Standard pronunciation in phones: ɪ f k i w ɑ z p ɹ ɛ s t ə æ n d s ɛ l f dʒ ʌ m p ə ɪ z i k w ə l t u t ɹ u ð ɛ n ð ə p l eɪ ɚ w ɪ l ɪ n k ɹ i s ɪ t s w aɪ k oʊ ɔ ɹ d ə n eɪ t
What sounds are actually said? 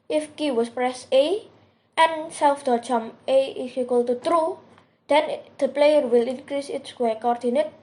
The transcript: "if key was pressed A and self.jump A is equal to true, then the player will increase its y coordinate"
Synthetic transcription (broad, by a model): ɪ f k i w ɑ s p ɹ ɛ s t ə n s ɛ l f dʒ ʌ m ə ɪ s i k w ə l t u t ɹ u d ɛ n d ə p l eɪ ɚ w ɪ l ɪ n k ɹ i s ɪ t s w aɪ k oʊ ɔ ɹ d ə n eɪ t